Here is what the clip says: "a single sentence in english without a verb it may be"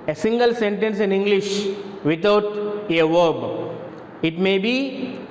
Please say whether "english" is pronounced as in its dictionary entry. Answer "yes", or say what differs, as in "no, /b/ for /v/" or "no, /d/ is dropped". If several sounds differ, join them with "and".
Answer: yes